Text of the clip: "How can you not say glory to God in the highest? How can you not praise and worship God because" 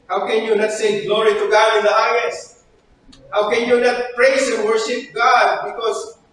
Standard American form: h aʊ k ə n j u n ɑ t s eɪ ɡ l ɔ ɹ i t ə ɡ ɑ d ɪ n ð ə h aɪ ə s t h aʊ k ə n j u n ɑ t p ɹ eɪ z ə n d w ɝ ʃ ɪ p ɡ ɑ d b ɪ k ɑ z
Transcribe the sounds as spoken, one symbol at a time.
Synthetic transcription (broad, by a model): h aʊ k ə n j u n ɑ t s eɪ ɡ l ɔ ɹ i t ə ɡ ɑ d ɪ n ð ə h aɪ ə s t h aʊ k ə n j u n ɑ t p ɹ eɪ s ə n w ɝ ʃ ɪ p ɡ ɑ d b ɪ k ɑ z